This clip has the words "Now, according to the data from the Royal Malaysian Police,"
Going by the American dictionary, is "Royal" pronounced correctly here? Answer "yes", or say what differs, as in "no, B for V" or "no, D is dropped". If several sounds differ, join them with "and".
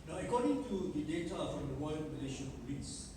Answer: no, W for R